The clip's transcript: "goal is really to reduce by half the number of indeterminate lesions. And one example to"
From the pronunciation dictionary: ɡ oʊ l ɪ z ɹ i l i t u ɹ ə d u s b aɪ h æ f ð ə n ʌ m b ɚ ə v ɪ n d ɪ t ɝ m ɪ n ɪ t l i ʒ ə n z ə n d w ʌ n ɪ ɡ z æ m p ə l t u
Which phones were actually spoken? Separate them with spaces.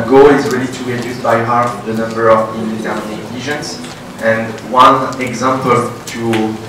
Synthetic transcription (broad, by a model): ɡ oʊ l ɪ z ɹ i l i t u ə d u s b aɪ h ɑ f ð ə n ʌ m b ɚ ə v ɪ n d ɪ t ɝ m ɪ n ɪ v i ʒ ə n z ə n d w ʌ n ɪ ɡ z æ m p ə l t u